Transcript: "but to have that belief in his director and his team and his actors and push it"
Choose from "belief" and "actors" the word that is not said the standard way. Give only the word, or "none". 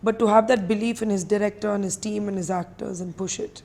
none